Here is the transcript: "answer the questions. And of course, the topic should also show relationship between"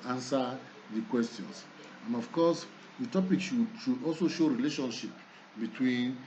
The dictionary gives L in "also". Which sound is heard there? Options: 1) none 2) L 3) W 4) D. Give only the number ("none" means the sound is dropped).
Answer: 2